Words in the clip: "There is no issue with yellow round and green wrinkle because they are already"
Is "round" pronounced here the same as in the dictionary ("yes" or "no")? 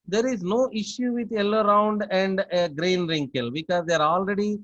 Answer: yes